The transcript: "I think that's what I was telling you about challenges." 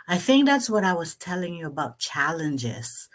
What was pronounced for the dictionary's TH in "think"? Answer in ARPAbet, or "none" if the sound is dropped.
TH